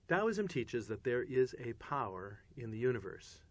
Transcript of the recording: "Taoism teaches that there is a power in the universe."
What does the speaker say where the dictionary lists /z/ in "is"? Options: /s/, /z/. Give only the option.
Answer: /z/